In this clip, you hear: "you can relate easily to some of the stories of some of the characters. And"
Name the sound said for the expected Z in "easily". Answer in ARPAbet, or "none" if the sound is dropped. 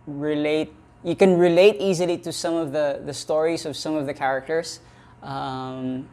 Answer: Z